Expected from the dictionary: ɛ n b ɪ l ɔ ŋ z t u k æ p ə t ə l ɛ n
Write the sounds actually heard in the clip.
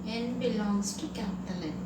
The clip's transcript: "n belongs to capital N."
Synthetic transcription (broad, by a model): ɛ n b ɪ l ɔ ŋ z t u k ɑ ə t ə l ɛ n